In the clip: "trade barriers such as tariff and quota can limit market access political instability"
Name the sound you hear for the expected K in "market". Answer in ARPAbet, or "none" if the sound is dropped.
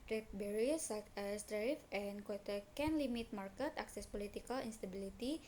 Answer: K